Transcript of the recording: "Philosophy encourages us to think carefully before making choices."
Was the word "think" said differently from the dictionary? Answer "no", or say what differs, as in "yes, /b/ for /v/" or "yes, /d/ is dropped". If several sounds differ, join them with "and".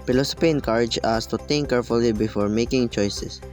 yes, /t/ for /θ/